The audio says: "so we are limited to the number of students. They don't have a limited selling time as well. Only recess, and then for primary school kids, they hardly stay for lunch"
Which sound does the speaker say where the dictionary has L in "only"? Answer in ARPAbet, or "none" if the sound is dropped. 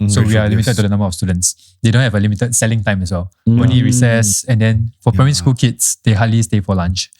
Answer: none